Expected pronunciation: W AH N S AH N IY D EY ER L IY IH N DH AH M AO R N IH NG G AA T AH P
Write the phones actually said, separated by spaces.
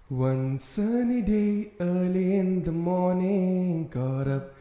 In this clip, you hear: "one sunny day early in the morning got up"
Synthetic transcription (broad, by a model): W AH N S AH N IY D EY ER L IY IH N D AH M AO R N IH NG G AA T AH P